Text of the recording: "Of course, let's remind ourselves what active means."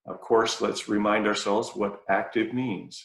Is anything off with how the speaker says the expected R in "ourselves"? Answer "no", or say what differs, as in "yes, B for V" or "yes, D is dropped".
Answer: no